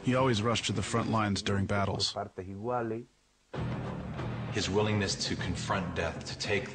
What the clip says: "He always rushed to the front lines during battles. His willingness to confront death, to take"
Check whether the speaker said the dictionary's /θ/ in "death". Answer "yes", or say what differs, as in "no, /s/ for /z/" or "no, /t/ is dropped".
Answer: yes